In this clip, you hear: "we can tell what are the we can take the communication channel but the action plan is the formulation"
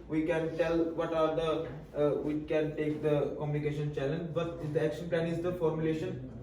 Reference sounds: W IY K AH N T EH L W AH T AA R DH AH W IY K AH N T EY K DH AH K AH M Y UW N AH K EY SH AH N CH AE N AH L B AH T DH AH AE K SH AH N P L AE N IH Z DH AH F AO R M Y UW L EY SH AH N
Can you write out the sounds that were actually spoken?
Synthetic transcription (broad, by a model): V IY K AH N T EH L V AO T AA R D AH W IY K AH N T EY K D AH K AH M Y UW N AH K EY SH AH N CH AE L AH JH B AH T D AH AE K SH AH N P L AE N IH Z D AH F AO R M Y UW L EY SH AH N